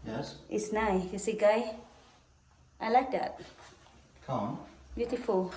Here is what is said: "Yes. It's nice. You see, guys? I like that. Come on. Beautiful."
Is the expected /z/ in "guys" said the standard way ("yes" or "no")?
no